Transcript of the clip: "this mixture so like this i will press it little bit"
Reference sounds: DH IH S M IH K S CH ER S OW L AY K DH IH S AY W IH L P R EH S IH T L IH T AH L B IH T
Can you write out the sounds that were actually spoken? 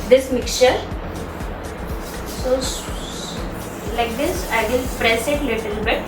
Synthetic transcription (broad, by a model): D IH S M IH K CH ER S OW L AY K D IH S AY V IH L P R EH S IH T L IH T AH L B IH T